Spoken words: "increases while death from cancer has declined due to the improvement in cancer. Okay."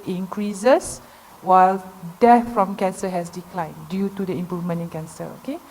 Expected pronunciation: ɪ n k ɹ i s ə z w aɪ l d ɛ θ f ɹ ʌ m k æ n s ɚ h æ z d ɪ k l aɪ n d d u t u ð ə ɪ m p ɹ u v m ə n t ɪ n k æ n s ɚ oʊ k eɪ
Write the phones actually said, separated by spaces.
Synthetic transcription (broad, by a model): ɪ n k ɹ i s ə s w aɪ l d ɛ t f ɹ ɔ m k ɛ n s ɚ h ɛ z d ɪ k l aɪ n d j u t u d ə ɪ m p ɹ u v m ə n ɪ n k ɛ n s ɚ oʊ k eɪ